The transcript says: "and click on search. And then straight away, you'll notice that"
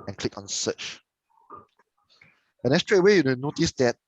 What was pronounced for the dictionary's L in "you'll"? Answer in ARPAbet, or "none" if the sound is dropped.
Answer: N